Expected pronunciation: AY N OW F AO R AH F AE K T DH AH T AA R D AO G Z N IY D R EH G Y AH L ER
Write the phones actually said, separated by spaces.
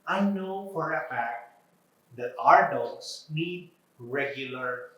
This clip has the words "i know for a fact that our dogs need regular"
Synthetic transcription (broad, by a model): AY N OW F AO R AH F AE K T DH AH T AA R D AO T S N IY D R EH G Y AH L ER